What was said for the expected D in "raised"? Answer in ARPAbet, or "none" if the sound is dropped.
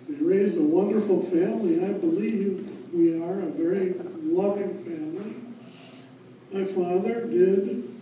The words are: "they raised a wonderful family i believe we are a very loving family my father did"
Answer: none